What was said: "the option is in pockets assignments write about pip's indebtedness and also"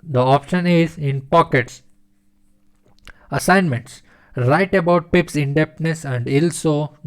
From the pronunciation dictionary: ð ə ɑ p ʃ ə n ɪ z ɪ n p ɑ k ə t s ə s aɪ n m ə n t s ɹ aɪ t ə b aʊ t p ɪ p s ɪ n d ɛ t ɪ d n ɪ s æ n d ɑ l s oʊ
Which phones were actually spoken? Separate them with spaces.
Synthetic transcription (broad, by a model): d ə ɑ p ʃ ə n ɪ z ɪ n p ɑ k ə t s ə s aɪ n m ə n t s ɹ aɪ t ə b aʊ t p ɪ p s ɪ n d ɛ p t n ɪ s æ n d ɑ l s oʊ